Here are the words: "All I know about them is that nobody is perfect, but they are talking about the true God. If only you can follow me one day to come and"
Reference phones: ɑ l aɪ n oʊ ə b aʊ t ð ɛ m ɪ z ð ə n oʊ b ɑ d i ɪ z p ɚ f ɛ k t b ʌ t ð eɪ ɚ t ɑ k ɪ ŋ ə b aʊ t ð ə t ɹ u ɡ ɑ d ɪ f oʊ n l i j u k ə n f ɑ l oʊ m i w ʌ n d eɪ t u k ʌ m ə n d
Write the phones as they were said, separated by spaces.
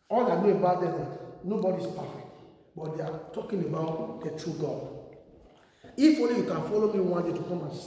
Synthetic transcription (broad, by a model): ɑ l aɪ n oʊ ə b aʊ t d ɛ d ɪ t n oʊ b ɑ d i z p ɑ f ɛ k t b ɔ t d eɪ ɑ t ɑ k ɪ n ə b aʊ t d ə t ɹ u ɡ ɑ d ɪ f oʊ n l i j u k ə n f ɑ l oʊ m i w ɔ n d eɪ t u k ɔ m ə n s